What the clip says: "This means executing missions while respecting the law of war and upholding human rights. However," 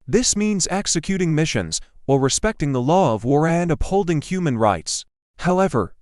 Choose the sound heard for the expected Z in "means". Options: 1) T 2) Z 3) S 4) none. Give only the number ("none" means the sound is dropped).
2